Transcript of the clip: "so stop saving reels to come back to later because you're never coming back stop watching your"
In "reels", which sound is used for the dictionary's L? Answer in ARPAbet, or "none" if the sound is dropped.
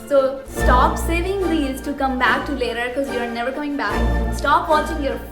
none